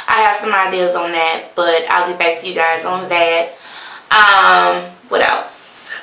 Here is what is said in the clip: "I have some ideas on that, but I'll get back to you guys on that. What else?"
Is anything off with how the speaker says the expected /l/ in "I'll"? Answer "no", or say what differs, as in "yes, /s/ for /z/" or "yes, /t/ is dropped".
no